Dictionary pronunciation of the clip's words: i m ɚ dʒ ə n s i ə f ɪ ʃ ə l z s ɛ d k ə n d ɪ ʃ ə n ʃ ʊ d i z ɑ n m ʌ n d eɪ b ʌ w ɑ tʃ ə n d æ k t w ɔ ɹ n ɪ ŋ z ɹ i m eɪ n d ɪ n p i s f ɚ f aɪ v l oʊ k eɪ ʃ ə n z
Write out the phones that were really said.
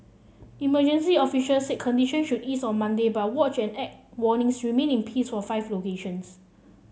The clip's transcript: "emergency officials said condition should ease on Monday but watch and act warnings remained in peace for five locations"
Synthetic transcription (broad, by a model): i m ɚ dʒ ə n s i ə f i ʃ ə l s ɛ k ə n d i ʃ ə n ʃ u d i s ɑ n m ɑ n d eɪ b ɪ w ɑ tʃ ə n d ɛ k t w ɔ n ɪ ŋ s ɹ i m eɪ n ɪ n p i s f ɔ f aɪ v l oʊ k eɪ ʃ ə n s